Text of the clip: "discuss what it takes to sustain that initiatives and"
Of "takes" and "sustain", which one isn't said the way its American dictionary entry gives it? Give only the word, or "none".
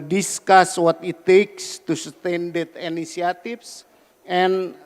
none